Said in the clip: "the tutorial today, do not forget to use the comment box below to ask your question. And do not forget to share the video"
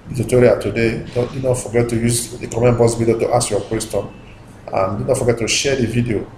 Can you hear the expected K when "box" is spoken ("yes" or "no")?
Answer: no